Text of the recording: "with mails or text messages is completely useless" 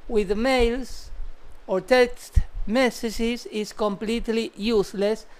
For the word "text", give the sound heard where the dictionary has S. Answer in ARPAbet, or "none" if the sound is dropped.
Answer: S